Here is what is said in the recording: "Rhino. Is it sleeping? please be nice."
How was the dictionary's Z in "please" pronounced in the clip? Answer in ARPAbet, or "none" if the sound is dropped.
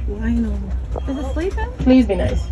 Z